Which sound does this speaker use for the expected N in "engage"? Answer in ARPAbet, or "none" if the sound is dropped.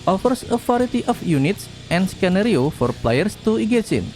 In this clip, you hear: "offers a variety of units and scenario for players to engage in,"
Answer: none